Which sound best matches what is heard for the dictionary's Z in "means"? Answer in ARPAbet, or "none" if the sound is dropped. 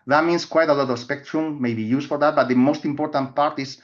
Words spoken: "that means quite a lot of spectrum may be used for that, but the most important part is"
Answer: S